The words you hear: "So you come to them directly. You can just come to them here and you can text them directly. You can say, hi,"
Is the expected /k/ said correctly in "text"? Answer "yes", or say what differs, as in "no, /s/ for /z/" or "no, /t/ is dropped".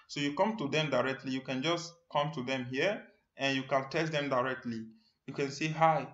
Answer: no, /k/ is dropped